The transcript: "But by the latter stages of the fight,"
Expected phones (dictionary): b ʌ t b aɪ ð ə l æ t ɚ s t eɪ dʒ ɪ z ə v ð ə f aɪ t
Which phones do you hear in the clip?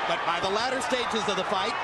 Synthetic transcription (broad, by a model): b ʌ t b aɪ ð ə l æ t ɚ s t eɪ dʒ ɪ z ə v ð ə f aɪ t